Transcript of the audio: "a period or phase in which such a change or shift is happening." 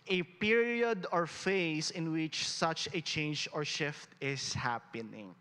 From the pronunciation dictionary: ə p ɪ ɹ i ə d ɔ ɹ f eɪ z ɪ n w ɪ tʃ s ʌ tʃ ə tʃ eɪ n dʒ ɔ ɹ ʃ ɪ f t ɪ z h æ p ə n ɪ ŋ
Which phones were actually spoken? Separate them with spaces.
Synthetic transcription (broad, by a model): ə p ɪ ɹ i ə d ɔ ɹ f eɪ s ɪ n w ɪ tʃ s ʌ tʃ ə tʃ eɪ n dʒ ɔ ɹ ʃ ɪ f t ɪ s h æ p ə n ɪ ŋ